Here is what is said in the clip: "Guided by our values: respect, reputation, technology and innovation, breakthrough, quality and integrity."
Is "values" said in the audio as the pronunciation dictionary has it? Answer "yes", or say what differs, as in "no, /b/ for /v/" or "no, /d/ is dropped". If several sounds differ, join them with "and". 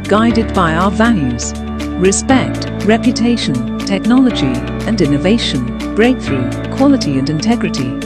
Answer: yes